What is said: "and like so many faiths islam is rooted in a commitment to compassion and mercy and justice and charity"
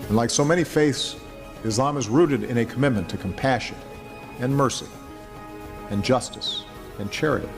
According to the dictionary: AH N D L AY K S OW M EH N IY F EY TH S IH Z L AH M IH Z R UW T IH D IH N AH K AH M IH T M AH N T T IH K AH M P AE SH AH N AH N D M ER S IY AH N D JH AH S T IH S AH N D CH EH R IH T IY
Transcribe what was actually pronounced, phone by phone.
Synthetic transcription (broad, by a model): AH N L AY K S OW M EH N IY F EY TH S IH Z L AH M IH Z R UW T IH D IH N AH K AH M IH T M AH N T T IH K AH M P AE SH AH N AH N M ER S IY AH N JH AH S T IH S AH N CH EH R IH T IY